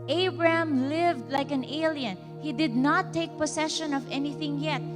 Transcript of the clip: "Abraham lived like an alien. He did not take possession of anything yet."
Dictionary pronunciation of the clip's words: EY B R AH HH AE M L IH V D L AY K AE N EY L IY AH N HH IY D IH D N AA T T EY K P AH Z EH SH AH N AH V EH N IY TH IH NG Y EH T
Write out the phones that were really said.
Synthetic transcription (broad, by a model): EY B R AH HH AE M L IH V D L AY K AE N EY L IY AH N HH IY D IH D N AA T T EY K P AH S EH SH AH N AH V EH N IY TH IH NG Y EH T